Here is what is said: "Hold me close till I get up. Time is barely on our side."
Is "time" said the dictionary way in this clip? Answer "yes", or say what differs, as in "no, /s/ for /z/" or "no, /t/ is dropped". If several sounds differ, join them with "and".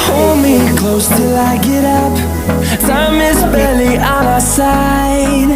no, /s/ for /t/